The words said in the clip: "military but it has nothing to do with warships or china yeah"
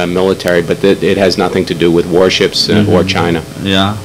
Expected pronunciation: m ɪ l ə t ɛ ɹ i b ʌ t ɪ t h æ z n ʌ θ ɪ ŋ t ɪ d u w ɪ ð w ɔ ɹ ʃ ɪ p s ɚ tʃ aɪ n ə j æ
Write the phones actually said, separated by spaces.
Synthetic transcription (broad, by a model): m ɪ l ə t ɛ ɹ i b ʌ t ɪ t h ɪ z n ʌ θ ɪ ŋ t ɪ d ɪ w ɪ ð w ɔ ɹ ʃ ɪ p s ɚ tʃ aɪ n ə j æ